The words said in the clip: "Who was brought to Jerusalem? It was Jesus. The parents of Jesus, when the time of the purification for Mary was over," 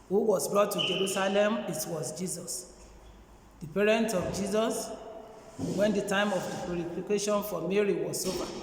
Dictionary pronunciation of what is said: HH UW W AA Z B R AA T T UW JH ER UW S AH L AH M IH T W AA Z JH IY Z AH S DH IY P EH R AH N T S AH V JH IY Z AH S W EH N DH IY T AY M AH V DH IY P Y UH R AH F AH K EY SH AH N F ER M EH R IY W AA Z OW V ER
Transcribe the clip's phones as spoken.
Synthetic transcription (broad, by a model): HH UW W AA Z B R AA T T UW JH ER UW S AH L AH M IH T W AA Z JH IY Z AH S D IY P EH R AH N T AH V JH IY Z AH S W EH N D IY T AY M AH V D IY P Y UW R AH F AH K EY SH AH N F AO M EH R IY W AA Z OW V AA